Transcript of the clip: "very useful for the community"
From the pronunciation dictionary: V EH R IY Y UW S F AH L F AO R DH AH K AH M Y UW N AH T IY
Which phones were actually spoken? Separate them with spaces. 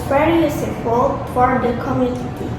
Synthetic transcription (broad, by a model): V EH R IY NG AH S P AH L F AO R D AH K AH M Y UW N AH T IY